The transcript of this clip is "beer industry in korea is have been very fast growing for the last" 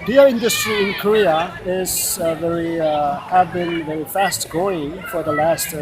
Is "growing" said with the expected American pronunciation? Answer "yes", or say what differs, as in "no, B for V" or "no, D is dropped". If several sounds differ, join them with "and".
no, R is dropped